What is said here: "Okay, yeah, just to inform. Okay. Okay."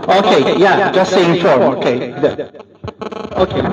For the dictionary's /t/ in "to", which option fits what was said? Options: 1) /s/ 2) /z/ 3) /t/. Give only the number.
1